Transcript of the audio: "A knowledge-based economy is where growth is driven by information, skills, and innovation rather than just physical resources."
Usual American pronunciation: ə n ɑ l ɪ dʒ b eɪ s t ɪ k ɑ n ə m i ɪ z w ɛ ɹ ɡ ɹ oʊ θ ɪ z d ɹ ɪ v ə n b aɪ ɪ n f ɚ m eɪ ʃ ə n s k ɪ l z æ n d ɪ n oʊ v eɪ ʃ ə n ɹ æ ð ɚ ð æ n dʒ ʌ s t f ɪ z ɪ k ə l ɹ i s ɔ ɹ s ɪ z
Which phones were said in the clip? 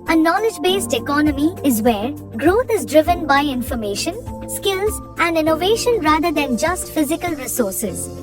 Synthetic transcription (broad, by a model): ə n ɑ l ɪ dʒ b eɪ s t ɪ k ɑ n ə m i ɪ z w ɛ ɹ ɡ ɹ oʊ t ɪ z d ɹ ɪ v ə n b aɪ ɪ n f ɚ m eɪ ʃ ə n s k ɪ l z æ n d ɪ n oʊ v eɪ ʃ ə n ɹ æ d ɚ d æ n dʒ ʌ s t f ɪ z ɪ k ə l ɹ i s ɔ ɹ s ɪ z